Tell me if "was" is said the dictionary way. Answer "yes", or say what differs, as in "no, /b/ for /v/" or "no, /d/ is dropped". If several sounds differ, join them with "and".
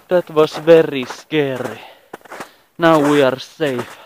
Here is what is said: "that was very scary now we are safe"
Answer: no, /s/ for /z/